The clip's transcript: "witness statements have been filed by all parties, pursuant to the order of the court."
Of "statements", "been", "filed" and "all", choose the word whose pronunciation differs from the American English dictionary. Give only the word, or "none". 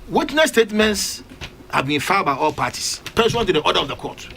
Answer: filed